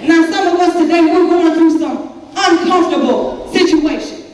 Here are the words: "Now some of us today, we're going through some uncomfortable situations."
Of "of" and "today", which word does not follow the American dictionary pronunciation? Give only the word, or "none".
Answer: of